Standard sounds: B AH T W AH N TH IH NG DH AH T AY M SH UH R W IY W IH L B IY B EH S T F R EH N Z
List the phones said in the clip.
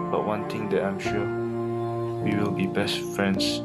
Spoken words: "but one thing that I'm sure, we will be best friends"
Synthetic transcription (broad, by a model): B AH T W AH N T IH NG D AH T AY M SH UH W IY W IH L B IY B EH S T F R EH N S